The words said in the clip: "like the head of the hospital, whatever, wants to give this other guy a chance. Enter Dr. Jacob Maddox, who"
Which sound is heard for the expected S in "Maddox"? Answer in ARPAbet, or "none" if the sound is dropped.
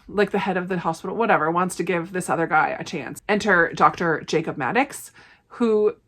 S